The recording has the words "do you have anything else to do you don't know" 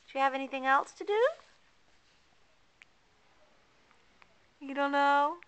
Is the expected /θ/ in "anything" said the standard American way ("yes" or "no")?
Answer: yes